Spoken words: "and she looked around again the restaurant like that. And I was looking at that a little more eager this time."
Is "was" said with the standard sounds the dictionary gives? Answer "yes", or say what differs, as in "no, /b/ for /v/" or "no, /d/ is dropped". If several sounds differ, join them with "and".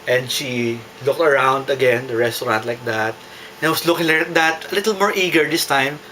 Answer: no, /s/ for /z/